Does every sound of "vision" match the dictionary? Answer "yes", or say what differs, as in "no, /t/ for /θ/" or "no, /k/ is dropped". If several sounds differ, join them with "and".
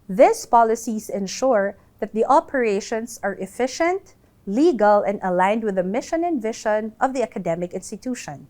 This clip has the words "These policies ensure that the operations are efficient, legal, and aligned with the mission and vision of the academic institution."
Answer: no, /ʃ/ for /ʒ/